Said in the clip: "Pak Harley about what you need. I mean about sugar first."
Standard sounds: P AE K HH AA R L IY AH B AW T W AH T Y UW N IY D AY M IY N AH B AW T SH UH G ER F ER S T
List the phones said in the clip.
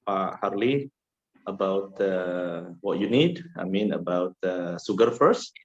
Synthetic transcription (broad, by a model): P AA HH AA R L IY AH B AW T W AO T Y UW N IY D AY M IY N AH B AW T S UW G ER F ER S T